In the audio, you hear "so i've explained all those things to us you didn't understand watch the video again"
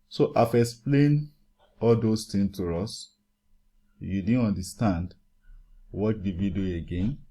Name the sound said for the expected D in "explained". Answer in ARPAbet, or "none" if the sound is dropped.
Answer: none